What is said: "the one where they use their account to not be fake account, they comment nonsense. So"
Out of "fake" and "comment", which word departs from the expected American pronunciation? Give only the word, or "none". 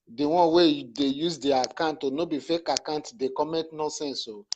comment